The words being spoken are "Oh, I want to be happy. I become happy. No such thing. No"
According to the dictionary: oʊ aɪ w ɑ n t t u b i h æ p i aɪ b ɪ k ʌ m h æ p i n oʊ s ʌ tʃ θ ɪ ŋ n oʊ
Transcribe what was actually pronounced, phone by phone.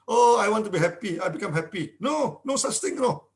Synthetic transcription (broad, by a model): oʊ aɪ w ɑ n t t u b i h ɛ p i aɪ b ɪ k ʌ m h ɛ p i n oʊ s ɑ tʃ t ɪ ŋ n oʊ